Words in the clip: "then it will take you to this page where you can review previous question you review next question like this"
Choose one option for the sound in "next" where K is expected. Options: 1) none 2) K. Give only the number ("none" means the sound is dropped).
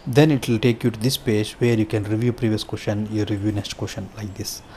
1